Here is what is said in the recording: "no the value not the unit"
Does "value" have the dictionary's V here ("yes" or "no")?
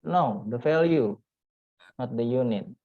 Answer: no